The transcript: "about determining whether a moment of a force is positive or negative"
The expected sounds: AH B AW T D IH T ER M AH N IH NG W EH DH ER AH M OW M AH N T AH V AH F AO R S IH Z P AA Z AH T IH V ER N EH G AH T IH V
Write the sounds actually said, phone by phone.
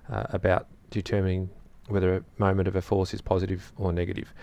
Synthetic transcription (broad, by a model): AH B AW T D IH T ER M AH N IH NG W EH DH ER AH M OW M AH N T AH V AH F AO R S IH Z P AA Z AH T IH V ER N EH G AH T IH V